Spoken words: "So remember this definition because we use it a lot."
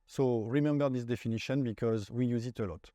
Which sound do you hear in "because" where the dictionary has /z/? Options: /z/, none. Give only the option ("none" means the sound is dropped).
/z/